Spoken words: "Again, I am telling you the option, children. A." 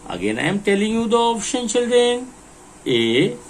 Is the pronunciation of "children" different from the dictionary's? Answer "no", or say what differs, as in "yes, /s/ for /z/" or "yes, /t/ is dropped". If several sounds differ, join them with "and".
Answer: no